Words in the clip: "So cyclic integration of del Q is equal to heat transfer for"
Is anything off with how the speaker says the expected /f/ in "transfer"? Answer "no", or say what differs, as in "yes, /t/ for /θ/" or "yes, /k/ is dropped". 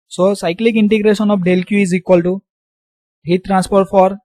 yes, /p/ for /f/